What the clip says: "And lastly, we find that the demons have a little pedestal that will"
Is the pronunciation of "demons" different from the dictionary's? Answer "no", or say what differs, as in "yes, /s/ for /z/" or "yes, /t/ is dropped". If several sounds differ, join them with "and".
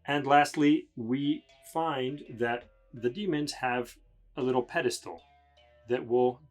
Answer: no